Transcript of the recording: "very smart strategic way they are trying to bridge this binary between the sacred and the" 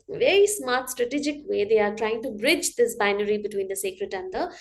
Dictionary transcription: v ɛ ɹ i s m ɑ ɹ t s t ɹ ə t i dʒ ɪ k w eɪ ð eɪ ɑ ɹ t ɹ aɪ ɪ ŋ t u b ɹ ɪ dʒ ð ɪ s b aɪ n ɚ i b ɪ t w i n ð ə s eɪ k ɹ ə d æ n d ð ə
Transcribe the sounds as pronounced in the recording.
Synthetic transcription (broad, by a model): v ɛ ɹ i s m ɑ ɹ t s t ɹ ə t i dʒ ɪ k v eɪ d eɪ ɑ ɹ t ɹ aɪ ɪ ŋ t u b ɹ ɪ dʒ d ɪ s b aɪ n ɚ i b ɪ t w i n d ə s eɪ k ɹ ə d æ n d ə